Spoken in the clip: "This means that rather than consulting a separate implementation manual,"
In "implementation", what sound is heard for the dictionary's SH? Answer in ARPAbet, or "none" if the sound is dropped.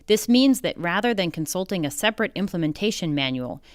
SH